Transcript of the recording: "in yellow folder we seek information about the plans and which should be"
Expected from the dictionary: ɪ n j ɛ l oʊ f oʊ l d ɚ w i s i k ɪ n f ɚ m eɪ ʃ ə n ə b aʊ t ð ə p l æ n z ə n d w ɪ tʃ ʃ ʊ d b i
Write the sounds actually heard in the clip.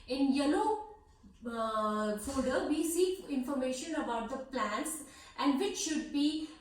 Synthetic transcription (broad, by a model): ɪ n j ɛ l oʊ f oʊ d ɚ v i s i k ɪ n f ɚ m eɪ ʃ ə n ə b aʊ t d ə p l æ n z ə n d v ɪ tʃ ʃ ʊ d b i